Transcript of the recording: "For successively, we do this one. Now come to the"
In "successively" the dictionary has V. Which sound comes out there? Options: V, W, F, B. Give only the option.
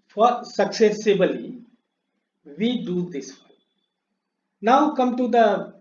B